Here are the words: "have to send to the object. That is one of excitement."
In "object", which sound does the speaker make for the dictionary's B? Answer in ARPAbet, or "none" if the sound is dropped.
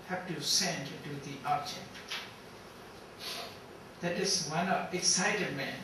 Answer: none